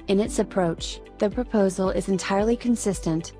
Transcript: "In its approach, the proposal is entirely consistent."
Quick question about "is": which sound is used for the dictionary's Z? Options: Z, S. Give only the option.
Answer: Z